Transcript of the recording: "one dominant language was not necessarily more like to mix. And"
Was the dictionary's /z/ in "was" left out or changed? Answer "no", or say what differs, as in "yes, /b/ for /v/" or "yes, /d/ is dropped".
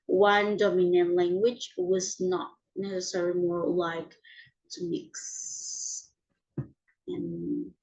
no